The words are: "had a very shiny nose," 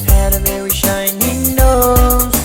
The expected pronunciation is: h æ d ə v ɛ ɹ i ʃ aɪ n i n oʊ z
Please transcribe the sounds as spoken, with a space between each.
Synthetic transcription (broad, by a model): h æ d ə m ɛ w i ʃ aɪ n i n oʊ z